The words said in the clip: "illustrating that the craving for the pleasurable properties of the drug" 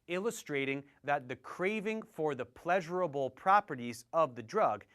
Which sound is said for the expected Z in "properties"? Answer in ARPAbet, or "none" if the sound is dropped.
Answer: Z